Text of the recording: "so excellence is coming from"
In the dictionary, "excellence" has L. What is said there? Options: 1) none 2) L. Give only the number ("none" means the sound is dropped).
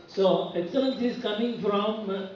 1